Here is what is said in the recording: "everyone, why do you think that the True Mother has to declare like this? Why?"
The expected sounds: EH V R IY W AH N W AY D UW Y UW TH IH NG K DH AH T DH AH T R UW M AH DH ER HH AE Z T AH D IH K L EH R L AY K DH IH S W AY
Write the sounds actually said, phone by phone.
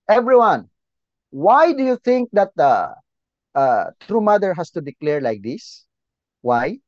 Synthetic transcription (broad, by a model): EH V R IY W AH N W AY D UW Y UW TH IH NG K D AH T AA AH T R UW M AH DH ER HH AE S T AH D IH K L EH R L AY K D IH S W AY